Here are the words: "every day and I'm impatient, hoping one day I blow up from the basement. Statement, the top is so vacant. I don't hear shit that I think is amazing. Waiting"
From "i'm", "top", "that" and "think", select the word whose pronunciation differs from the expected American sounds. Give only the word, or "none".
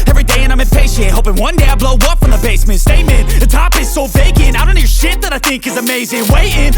none